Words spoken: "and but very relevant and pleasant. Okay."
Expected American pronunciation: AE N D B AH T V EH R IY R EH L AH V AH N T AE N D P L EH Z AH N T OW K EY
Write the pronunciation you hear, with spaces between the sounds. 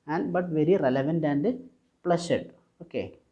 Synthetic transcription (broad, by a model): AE N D B AH T V EH R IY R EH L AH V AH N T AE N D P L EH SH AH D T OW K EY